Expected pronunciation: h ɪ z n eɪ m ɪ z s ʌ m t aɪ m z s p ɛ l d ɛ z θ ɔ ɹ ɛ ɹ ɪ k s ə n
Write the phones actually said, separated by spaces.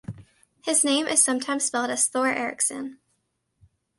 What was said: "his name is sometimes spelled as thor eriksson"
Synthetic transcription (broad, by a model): h ɪ z n eɪ m ɪ z s ʌ m t aɪ m z s p ɛ l d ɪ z θ ɔ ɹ ɛ ɹ ɪ k s ə n